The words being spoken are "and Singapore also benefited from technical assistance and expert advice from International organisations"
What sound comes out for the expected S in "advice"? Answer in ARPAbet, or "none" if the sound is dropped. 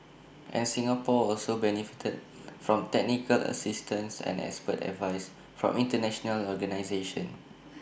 S